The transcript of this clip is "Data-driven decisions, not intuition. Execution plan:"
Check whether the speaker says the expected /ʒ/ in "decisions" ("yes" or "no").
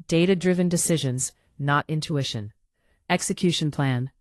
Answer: yes